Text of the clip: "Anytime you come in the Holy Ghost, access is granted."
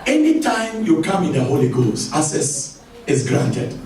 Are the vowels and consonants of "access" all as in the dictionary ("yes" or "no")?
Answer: no